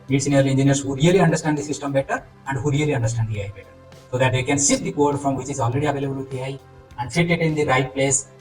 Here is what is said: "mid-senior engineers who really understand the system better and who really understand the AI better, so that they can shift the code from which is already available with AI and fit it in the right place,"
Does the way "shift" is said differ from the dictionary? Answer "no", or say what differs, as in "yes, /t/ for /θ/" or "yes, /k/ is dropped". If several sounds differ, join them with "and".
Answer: yes, /s/ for /ʃ/ and /f/ is dropped